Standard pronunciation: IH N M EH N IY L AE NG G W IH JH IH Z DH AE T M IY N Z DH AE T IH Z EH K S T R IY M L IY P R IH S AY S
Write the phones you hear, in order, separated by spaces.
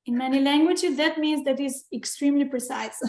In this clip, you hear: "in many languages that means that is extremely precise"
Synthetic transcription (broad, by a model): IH N M EH N IY L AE NG G W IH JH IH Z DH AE T M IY N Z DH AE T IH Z EH K S T R IY M L IY P R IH S AY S